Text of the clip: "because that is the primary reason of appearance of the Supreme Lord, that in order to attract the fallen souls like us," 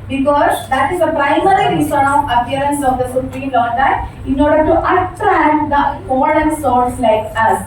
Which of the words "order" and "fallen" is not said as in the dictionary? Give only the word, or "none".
fallen